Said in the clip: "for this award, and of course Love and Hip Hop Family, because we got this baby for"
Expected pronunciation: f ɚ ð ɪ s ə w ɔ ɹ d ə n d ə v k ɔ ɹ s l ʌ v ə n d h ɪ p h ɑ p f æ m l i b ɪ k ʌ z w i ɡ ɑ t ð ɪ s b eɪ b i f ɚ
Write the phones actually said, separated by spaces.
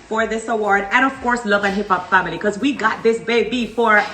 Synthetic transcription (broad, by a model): f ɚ ð ɪ s ə w ɔ ɹ d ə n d ə v k ɔ ɹ s l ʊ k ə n h ɪ p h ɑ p f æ m i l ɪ k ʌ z w i ɡ ɑ t ð ɪ s b eɪ b i f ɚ